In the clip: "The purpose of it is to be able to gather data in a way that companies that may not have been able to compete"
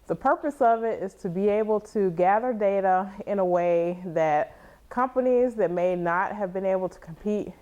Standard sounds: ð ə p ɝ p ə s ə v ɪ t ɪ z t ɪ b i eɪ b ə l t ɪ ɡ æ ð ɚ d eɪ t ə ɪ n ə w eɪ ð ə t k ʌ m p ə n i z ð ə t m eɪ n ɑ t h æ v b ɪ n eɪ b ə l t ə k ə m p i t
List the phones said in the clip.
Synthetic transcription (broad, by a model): ð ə p ɝ p ə s ə v ɪ t ɪ z t ɪ b i eɪ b l t ɪ ɡ æ ð ɚ d eɪ t ə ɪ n ə w eɪ ð ə t k ʌ m p ə n i z ð ə t m eɪ n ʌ t h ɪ v b ɪ n eɪ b l t ə k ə m p i t